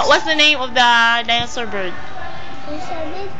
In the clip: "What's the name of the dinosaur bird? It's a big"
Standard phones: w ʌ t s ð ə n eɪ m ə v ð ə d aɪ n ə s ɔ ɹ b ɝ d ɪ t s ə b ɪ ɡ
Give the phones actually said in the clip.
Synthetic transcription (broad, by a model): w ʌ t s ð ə n eɪ m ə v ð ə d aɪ ə s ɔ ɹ b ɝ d